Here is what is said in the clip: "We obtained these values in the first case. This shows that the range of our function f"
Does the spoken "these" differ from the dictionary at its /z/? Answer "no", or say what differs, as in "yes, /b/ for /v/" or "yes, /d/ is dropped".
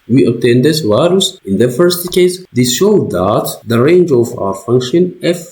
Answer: yes, /s/ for /z/